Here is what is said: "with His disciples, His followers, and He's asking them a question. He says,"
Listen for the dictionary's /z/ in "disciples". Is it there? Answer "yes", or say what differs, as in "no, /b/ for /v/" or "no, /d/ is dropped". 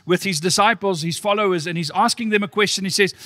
yes